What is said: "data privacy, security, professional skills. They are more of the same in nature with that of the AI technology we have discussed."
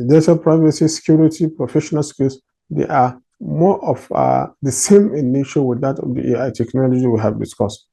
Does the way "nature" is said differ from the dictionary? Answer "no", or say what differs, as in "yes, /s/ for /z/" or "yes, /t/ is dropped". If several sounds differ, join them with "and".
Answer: yes, /ʃ/ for /tʃ/